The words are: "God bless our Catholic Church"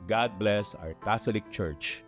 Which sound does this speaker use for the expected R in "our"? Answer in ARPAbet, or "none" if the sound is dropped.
W